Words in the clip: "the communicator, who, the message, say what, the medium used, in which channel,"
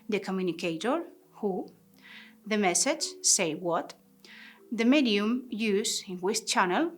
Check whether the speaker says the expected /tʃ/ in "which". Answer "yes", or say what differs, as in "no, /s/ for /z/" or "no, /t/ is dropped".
no, /s/ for /tʃ/